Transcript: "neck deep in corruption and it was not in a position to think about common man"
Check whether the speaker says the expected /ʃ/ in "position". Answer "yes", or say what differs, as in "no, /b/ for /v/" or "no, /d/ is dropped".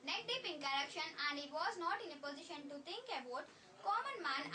yes